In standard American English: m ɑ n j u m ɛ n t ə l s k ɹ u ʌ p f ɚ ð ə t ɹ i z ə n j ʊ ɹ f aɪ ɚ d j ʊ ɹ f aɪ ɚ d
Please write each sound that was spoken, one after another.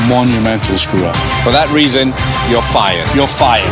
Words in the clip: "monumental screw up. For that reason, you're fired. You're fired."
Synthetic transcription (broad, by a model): m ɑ n j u m ɛ n t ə l s k ɹ u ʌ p f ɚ ð ə t ɹ i z ə n j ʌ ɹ f aɪ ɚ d j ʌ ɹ f aɪ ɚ